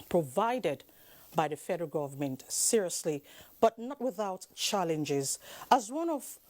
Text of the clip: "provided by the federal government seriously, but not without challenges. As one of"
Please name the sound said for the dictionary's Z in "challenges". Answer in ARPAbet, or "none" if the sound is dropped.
Z